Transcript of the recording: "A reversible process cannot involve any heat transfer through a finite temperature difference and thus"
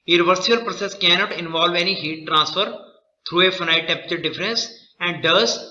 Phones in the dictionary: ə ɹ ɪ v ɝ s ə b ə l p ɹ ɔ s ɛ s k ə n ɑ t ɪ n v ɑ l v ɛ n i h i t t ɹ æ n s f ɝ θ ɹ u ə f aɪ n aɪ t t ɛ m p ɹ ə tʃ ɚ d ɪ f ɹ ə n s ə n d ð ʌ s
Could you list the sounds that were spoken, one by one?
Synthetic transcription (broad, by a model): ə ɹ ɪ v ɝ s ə ə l p ɹ ɔ s ɛ s k ə n ɑ t ɪ n v ɑ l v ɛ n i h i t t ɹ æ n s f ɝ t ɹ u ə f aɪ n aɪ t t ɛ p ə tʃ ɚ d ɪ f ɹ ə n s ə n d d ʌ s